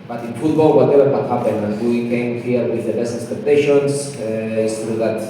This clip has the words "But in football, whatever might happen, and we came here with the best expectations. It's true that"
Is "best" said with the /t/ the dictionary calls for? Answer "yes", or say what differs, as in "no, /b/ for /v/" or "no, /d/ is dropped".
no, /t/ is dropped